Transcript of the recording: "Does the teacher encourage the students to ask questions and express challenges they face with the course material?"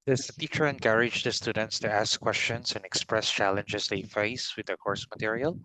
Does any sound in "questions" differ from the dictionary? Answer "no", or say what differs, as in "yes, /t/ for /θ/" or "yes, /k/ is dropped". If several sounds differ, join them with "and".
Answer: yes, /s/ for /z/